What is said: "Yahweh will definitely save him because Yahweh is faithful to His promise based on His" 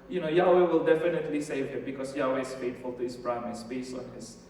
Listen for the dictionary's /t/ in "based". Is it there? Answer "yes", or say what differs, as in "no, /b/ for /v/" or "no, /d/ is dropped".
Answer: no, /t/ is dropped